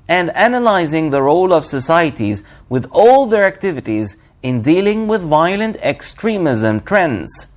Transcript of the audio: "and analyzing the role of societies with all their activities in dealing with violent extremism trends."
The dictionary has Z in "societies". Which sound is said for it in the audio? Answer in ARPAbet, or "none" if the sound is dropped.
Z